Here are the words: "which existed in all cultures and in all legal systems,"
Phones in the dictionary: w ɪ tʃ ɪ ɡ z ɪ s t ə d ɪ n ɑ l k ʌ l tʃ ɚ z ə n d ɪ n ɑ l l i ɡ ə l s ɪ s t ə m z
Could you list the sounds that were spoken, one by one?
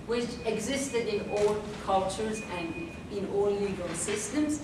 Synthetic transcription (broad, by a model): w ɪ tʃ ɪ ɡ z ɪ s t ə d ɪ n ɑ l k ʌ l tʃ ɚ z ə n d ɪ n ɑ l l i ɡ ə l s ɪ s t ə m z